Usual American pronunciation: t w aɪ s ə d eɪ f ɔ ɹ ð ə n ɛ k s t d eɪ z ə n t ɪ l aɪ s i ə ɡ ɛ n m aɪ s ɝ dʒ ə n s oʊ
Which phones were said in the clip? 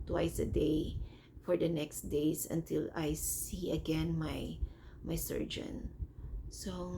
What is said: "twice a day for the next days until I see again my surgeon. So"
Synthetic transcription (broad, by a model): t w aɪ s ə d eɪ f ɔ ɹ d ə n ɛ k s t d eɪ s ə n t ɪ l aɪ s i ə ɡ ɛ n m aɪ s ɝ dʒ ə n s oʊ